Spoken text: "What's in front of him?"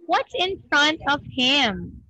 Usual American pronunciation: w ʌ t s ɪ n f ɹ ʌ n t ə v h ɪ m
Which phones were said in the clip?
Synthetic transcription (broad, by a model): w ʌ t s ɪ n f ɹ ʌ n t ə v h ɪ m